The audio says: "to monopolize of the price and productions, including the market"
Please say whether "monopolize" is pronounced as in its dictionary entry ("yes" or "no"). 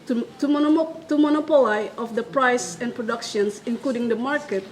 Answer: no